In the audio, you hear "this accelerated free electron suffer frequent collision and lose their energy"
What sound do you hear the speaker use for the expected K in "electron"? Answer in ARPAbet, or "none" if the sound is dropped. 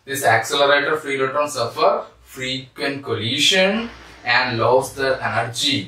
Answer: none